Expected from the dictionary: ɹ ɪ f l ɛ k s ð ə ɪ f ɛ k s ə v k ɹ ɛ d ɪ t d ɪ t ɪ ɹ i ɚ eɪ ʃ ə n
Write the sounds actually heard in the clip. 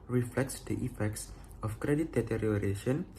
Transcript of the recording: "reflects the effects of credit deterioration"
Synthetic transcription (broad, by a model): ɹ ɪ f l ɛ k s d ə ɪ f ɛ k s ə f k ɹ ɛ d ɪ t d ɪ t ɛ ɹ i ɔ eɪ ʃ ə n